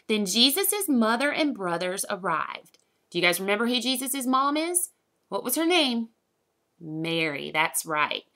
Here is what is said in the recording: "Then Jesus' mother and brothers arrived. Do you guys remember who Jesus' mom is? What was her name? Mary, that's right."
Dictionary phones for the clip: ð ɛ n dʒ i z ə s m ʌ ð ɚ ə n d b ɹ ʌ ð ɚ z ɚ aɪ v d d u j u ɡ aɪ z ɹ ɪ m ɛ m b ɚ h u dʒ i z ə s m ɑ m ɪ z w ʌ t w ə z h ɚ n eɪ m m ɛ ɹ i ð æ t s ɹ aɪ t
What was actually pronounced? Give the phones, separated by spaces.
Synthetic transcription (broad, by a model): ð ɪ n dʒ i z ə s m ʌ ð ɚ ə n b ɹ ʌ ð ɚ z ɚ aɪ v d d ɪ j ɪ ɡ aɪ z ɹ ɪ m ɛ m b ɚ h u dʒ i z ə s m ɑ m ɪ z w ʌ t w ə z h ɚ n eɪ m m ɛ ɹ i ð æ t s ɹ aɪ t